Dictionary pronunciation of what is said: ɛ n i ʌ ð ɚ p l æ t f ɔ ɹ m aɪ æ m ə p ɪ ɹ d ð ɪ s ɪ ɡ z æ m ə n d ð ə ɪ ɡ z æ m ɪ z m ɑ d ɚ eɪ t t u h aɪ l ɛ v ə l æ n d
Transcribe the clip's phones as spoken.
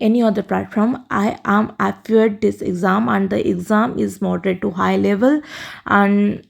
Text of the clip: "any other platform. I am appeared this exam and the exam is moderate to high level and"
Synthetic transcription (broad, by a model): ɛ n i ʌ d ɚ p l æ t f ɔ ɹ m aɪ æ m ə f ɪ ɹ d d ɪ s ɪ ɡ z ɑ m ə n d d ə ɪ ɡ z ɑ m ɪ z m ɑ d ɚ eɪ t t u h aɪ l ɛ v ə l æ n d